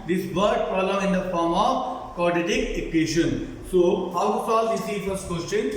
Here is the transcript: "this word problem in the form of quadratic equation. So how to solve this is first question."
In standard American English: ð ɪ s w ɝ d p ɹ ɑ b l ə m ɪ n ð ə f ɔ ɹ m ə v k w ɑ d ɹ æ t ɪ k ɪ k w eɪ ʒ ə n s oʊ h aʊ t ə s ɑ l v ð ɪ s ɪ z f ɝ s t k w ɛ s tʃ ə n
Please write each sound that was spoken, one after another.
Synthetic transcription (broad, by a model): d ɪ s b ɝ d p ɹ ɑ l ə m ɪ n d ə f ɔ ɹ m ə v k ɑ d ɛ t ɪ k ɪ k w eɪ ʃ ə n s oʊ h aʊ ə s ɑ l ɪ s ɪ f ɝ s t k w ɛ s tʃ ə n